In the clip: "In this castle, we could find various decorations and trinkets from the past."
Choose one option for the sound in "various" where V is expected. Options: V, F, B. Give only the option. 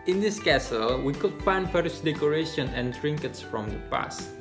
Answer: F